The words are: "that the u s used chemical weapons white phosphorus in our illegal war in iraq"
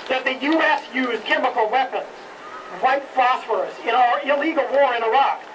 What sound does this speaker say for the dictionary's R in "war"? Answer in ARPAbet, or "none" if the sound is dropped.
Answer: R